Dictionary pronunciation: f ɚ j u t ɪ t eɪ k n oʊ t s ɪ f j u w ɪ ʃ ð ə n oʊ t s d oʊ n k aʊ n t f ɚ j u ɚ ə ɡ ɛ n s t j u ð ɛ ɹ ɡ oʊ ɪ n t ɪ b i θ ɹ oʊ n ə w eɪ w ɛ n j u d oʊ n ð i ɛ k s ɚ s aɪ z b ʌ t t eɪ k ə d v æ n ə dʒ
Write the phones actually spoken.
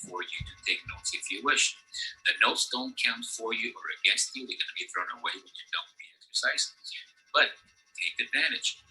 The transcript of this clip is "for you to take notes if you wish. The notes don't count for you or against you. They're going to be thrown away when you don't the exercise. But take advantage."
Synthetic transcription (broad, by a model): f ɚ j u t ɪ t eɪ k n oʊ t s ɪ f j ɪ w ɪ ʃ ð ə n oʊ t s d oʊ n k aʊ n t f ɚ j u ɚ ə ɡ ɛ n s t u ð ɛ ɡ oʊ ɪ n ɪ b i θ ɹ oʊ n ə w eɪ w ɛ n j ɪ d oʊ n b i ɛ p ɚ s aɪ s b ʌ t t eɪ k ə d v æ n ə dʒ